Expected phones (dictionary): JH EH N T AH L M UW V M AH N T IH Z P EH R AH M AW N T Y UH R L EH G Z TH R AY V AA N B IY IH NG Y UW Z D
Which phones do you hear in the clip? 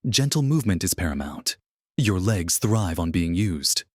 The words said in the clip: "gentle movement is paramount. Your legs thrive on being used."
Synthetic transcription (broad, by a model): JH EH N T L M UW V M AH N T IH Z P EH R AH M AW N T Y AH R L EH G Z TH R AY V N B IY IH NG Y UW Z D